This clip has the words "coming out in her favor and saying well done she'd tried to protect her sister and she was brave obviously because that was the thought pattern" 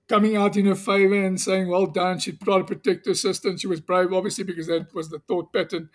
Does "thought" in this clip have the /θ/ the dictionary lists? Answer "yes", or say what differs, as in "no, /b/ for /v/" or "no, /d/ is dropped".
yes